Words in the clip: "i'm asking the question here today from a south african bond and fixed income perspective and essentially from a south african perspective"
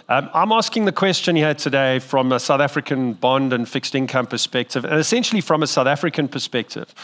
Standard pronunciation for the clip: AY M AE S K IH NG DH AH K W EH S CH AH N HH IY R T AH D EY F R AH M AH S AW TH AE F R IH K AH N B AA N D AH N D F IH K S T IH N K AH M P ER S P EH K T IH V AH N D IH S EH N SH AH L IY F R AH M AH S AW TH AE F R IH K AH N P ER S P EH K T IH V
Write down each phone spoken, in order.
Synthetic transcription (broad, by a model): AY M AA S K IH NG DH AH K W EH S CH AH N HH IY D T AH D EY F R AH M AH S AW TH AE F R IH K AH N B AA N D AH N F IH K S T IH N K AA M P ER S P EH K T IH V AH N IH S EH N SH AH L IY F R AH M AH S AW TH AE F R IH K AH N P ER S P EH K T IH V